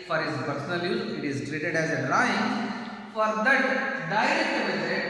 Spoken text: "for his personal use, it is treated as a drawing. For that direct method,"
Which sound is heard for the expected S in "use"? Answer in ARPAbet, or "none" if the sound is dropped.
none